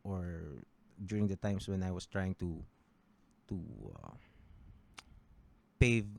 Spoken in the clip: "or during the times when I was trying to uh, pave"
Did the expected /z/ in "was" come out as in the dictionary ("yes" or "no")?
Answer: no